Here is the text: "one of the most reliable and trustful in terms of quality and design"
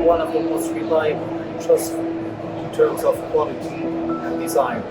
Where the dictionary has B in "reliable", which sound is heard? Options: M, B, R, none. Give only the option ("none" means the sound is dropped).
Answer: none